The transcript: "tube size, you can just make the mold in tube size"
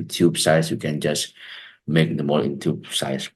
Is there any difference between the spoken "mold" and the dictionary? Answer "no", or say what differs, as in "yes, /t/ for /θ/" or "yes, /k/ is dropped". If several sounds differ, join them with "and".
yes, /d/ is dropped